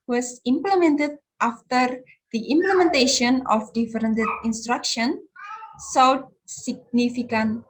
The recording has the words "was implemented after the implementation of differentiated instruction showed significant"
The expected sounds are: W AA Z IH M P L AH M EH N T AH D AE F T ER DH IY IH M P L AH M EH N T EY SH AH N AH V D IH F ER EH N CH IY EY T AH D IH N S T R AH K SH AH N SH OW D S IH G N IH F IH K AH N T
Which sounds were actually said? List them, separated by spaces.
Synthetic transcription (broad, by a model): W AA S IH M P L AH M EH N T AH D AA F T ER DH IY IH M P L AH M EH N T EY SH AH N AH F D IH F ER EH N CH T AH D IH N S T R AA K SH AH N S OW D S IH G N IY F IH K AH N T